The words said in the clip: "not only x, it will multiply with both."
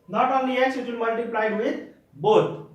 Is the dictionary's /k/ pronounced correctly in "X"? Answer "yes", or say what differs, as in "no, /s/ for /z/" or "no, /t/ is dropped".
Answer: no, /k/ is dropped